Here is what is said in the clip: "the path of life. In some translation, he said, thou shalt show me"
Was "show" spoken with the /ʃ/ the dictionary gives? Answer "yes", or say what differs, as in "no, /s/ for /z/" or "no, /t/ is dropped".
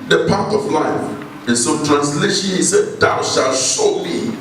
no, /s/ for /ʃ/